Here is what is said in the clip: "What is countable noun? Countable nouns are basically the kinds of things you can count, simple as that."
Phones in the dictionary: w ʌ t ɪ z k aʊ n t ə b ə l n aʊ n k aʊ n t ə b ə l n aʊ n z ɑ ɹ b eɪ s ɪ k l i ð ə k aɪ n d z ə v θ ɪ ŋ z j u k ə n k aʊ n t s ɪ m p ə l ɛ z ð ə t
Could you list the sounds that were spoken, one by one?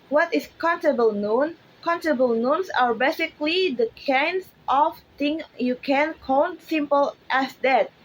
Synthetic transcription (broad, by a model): w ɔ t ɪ s k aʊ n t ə b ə l n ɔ n k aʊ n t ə b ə l n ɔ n s ɑ ɹ b eɪ s ɪ k l i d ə k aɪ n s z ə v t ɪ ŋ j u k ə n k aʊ n t s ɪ m p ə l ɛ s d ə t